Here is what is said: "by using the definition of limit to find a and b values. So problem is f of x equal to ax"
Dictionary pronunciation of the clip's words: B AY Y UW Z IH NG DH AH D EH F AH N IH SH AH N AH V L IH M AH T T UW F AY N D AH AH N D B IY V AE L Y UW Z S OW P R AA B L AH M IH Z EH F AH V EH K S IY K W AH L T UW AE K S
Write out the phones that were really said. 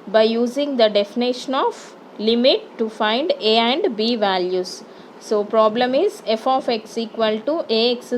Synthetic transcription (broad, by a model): B AY Y UW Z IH NG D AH D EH F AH N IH SH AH N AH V L IH M AH T T UW F AY N D AH AH N D B IY V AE L Y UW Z S OW P R AA B L AH M IH Z EH F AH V EH K S IY K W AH L T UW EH K S